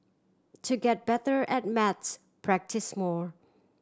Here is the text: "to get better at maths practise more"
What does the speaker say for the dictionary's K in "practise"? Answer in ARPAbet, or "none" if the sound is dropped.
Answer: K